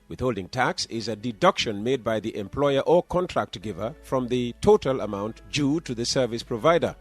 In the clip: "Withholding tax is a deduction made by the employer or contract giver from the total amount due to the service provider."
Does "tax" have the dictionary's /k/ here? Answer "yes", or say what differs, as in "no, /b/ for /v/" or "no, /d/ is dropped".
yes